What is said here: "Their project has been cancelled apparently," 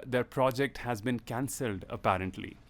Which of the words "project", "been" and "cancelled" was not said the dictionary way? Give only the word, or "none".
none